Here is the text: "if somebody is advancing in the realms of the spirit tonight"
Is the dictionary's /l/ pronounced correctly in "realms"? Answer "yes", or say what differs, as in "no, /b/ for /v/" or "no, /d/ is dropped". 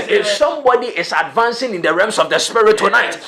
no, /l/ is dropped